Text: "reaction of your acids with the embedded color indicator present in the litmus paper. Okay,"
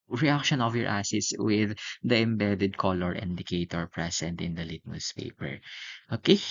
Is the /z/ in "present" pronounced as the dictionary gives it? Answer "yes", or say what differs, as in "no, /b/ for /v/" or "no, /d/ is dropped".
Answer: no, /s/ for /z/